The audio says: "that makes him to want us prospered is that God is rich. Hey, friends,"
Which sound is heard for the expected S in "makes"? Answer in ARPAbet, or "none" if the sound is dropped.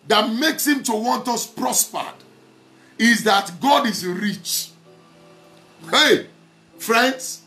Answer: S